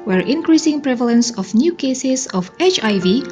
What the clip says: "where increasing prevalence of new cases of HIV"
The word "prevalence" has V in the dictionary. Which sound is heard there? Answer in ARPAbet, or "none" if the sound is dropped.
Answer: V